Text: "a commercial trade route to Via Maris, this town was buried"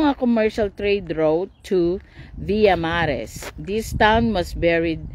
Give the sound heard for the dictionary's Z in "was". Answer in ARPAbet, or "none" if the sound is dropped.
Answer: S